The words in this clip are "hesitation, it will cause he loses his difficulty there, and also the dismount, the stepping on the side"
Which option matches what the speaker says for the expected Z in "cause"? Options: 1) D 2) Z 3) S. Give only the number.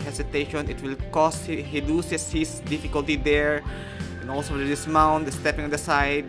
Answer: 3